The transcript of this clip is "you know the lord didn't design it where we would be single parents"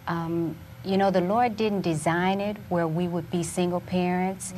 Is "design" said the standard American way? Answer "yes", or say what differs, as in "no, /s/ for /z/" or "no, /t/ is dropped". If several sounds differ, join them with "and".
yes